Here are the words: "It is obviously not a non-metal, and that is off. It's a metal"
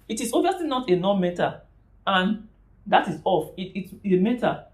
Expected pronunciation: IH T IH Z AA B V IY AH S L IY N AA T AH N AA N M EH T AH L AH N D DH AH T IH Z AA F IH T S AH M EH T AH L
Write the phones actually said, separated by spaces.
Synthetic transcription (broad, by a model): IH T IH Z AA V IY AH S L IY N AA T AH N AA M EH T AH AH N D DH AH T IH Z AA F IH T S AH M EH T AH